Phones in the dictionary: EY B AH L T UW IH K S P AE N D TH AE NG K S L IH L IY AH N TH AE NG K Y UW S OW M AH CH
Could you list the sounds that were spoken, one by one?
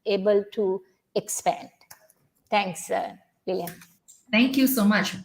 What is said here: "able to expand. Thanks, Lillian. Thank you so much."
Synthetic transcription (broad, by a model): EY B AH L T UW IH K S P AE N D T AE NG K S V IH L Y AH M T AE NG K Y UW S OW M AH CH